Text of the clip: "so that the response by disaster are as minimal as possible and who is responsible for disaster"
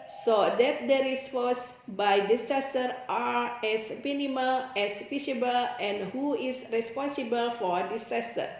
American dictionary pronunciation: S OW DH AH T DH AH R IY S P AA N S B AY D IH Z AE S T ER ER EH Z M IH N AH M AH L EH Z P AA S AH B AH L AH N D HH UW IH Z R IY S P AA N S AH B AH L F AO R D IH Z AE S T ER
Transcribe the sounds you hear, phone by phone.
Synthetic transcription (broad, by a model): S OW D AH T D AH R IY S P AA S B AY D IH S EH S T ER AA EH S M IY N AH M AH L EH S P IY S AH B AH L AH N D HH UW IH S R IY S P AA N S AH B AH L F AO R D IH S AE S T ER